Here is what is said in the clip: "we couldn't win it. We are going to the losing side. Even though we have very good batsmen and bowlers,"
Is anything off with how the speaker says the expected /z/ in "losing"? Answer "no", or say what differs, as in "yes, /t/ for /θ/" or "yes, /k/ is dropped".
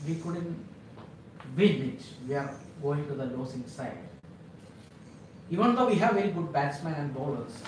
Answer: yes, /s/ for /z/